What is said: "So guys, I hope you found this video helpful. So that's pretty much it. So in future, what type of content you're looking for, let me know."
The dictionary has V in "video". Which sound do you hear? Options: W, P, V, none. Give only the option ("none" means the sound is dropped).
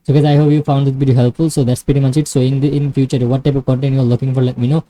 P